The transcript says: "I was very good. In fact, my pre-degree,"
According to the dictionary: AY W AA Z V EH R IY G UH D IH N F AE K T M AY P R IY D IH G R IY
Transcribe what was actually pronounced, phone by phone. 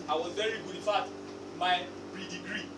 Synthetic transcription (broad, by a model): AY W AA Z V EH R IY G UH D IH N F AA T M AY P R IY D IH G R IY